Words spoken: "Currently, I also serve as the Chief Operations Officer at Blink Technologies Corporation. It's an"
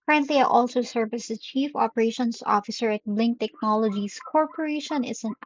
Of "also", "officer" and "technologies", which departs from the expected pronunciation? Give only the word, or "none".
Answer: technologies